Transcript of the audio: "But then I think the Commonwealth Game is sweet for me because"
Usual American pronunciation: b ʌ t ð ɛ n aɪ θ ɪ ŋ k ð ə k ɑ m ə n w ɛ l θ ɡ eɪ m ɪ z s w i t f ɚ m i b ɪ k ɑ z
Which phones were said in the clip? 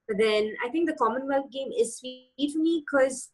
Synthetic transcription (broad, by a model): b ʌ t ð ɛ n aɪ t ɪ ŋ k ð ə k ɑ m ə n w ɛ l f ɡ eɪ m ɪ z s w i t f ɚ m i k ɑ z